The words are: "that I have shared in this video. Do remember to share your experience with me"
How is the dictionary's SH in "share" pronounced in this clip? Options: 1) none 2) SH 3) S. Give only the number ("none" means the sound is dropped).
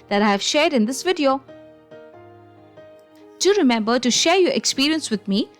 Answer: 2